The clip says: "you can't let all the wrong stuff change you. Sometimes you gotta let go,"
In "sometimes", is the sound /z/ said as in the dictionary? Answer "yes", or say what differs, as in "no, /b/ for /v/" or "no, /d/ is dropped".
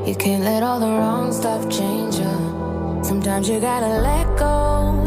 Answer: yes